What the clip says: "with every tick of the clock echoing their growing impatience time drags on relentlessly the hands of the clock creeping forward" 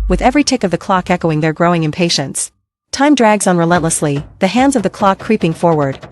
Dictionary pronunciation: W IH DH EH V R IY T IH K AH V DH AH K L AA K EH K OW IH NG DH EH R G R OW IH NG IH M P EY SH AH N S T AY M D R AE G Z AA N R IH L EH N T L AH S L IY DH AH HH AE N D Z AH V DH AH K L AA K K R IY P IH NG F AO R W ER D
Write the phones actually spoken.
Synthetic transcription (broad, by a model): W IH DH EH V R IY T IH K AH V DH AH K L AA K EH K OW IH NG DH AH R G R OW IH NG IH M P EY SH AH N S T AY M D R AE G Z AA N R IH L EH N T L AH S L IY DH AH HH AE N D Z AH V DH AH K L AA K K R IY P IH NG F AO R W ER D